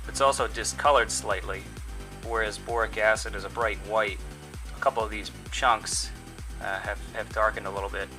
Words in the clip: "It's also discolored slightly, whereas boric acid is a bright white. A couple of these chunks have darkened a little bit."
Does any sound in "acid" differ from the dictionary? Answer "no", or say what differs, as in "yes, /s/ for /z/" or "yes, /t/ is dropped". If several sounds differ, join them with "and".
no